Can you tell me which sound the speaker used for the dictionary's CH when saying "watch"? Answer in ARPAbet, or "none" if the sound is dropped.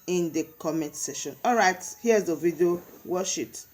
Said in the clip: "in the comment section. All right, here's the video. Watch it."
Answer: SH